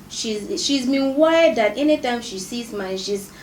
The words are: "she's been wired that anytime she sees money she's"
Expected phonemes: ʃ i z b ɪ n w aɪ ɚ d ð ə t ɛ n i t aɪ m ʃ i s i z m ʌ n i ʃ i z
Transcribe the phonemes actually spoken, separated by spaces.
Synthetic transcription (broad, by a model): ʃ i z b ɪ n w aɪ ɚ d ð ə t ɛ n i t aɪ m ʃ i s i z m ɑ i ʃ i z